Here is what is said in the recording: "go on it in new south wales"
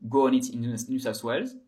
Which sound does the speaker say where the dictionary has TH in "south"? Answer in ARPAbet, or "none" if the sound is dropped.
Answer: S